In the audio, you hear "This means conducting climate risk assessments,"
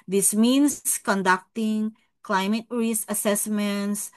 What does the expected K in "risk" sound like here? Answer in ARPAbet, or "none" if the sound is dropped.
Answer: none